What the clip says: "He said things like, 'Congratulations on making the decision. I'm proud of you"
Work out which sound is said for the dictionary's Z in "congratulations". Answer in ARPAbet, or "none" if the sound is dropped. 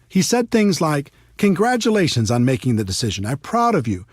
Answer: Z